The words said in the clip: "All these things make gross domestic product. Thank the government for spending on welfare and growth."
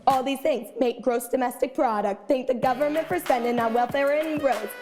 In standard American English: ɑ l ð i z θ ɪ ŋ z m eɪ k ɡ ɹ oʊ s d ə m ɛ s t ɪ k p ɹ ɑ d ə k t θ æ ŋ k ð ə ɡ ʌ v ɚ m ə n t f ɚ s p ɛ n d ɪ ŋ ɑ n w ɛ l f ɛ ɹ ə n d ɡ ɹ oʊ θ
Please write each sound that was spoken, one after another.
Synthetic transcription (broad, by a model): ɑ l ð i z θ ɪ ŋ z m eɪ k ɡ ɹ oʊ s d ə m ɛ s t ɪ k p ɹ ɑ d ə k t θ æ ŋ k ð ə ɡ ʌ v ɚ m ə n t f ɚ s ɛ n d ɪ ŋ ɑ w ɛ l f ɛ ɹ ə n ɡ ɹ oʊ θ